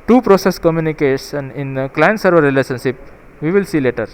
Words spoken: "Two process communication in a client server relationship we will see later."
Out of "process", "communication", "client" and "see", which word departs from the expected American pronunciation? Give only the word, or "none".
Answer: communication